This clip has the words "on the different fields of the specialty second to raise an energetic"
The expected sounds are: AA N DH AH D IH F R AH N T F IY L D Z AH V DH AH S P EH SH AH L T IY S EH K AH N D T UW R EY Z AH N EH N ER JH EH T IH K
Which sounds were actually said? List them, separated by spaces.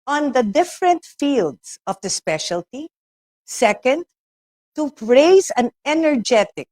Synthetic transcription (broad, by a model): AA N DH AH D IH F R AH N T F IY L D S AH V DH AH S P EH SH AH L T IY S EH K AH N D T UW R EY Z AH N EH N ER JH EH T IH K